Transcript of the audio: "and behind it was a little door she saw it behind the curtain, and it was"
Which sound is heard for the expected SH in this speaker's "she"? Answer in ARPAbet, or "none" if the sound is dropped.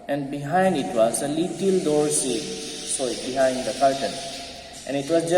S